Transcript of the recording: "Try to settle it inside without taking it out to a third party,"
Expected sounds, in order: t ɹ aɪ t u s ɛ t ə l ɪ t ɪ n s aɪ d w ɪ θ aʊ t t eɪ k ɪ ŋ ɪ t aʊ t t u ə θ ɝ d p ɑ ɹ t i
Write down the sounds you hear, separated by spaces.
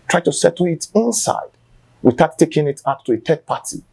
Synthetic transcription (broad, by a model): t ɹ aɪ t u s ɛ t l ɪ t ɪ n s aɪ d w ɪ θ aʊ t t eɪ k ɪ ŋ ɪ t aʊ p t u ə t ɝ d p ɑ t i